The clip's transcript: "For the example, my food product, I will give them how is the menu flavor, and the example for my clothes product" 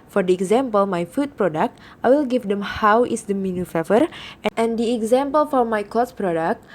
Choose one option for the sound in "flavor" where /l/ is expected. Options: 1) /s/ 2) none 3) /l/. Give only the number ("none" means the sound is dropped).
2